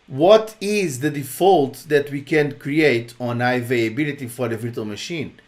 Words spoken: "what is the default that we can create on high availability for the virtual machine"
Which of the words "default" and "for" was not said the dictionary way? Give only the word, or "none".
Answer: none